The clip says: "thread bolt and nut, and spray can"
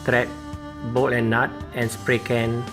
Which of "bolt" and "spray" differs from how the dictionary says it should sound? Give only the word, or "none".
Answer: bolt